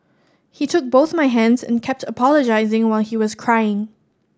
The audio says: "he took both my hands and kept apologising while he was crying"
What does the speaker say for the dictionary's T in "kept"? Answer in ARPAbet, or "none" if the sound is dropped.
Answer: T